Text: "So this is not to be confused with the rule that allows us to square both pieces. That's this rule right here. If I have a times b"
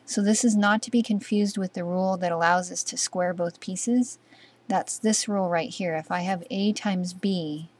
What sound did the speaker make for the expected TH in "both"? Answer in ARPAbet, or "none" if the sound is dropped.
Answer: TH